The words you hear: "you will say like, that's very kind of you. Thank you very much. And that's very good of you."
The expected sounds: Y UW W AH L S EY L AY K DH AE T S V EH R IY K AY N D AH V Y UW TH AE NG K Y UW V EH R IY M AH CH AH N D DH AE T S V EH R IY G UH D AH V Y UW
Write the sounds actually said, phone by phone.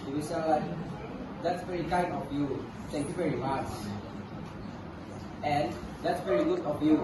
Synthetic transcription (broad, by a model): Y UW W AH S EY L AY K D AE T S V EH R IY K AY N AH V Y UW T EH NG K Y UW V EH R IY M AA S AH N D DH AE T S V EH R IY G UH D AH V Y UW